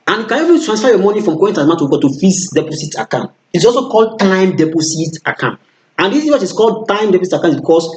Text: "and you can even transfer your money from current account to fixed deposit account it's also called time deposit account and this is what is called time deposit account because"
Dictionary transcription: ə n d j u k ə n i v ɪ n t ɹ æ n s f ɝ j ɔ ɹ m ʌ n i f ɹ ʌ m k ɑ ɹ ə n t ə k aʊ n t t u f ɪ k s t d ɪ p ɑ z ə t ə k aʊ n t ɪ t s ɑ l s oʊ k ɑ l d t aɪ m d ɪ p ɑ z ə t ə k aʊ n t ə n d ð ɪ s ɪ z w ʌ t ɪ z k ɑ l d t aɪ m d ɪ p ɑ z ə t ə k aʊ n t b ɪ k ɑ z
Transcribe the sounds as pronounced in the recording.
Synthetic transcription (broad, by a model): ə n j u k ə n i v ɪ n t ɹ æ n s f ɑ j ɔ m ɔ n i f ɹ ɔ m k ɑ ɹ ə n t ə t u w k t u f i s d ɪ p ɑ s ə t ə k aʊ n t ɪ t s ɑ l s oʊ k ɑ l d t aɪ m d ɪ p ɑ s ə t ə k aʊ n t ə n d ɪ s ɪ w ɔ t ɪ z k ɑ l d t aɪ m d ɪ p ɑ s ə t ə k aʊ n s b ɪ k ɑ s